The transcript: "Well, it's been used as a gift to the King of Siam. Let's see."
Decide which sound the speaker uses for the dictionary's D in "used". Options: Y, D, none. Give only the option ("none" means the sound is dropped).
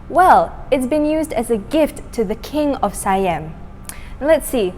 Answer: D